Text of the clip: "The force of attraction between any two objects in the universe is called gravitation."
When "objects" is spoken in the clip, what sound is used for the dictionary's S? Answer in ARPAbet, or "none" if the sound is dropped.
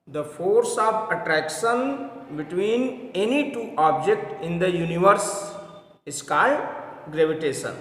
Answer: none